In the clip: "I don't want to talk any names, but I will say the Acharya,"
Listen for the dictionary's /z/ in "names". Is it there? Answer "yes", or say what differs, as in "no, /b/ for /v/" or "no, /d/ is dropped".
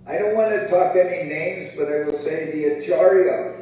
yes